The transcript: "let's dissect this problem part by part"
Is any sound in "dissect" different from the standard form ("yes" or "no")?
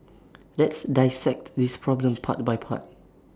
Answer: no